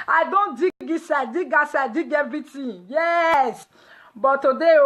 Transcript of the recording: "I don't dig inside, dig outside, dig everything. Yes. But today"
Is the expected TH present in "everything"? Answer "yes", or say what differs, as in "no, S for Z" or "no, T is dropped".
no, T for TH